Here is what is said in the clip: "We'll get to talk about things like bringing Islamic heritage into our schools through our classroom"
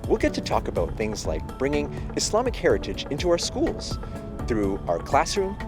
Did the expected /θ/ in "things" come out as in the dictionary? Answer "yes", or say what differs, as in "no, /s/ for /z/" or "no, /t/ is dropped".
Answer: yes